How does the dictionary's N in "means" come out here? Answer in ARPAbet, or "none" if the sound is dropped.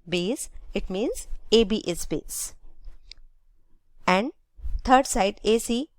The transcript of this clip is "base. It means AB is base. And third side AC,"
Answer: N